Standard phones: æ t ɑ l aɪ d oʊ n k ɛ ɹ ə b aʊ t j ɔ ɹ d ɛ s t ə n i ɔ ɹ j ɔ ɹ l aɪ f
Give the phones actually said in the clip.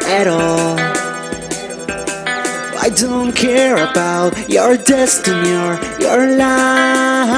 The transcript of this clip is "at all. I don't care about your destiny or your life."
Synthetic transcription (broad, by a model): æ t ɑ l aɪ d oʊ n k ɛ ɹ ə b aʊ t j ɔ ɹ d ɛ s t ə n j ɔ ɹ j ɔ ɹ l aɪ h